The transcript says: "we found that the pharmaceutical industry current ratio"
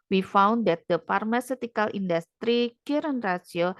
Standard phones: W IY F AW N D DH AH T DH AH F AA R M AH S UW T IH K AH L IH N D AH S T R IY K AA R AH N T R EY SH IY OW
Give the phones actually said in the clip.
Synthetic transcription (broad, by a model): W IY F AW N D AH T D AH P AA R M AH S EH T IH K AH L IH N D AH S T R IY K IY R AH N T R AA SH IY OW